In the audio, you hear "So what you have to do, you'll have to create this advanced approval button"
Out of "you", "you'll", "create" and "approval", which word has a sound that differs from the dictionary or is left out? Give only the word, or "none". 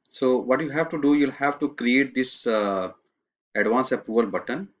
approval